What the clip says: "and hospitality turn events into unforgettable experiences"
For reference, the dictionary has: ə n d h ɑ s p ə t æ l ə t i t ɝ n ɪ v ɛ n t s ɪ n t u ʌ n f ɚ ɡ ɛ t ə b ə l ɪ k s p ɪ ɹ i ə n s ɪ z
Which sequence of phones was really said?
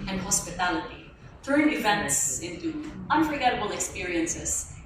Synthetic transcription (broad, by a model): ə n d h ɑ s p ə t æ l ə t i t ɝ n ɪ v ɛ n t s ɪ n t u ʌ n f ɚ ɡ ɛ t ə b ə l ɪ k s p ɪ ɹ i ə n s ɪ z